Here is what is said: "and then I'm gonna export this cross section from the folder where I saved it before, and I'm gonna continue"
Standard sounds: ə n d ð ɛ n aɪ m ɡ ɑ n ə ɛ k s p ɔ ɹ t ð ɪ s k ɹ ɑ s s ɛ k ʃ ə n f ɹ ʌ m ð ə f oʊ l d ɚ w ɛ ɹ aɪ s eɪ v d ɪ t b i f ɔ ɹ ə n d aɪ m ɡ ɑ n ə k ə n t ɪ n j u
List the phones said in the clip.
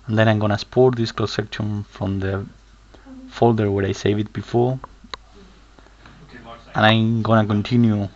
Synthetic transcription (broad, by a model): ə n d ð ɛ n aɪ m ɡ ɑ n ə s p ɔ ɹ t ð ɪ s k l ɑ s s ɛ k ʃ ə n f ɹ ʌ m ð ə f oʊ l d ɚ w ɛ ɹ aɪ s eɪ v ɪ t b i f ɔ ɹ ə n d aɪ m ɡ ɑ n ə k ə n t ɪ n j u